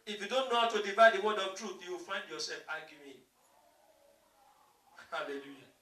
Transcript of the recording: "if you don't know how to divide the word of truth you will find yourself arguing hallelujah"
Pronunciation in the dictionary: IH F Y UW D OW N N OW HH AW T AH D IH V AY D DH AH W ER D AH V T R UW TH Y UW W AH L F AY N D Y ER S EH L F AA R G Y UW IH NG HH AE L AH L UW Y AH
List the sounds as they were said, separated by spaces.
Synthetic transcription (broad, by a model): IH F Y UW D OW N N OW HH AW T AH D IH V AY D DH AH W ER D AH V T R UW TH Y UW W AH L F AY N D Y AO S EH L F AA G Y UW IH HH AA L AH L UW Y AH